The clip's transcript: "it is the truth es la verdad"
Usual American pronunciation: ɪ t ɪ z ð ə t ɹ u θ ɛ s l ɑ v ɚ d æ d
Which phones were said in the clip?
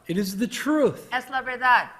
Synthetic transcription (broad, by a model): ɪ t ɪ z ð ə t ɹ u θ ɛ s l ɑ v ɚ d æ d